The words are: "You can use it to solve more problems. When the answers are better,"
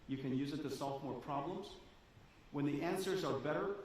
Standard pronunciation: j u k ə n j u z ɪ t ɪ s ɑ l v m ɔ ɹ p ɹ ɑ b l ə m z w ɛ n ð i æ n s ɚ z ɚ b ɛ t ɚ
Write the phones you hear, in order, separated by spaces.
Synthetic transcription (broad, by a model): j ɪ k ə n j u z ɪ t ɪ s ɑ l v m ɔ ɹ p ɹ ɑ b l ə m z w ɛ n ð i æ n s ɚ z ɚ b ɛ t ɚ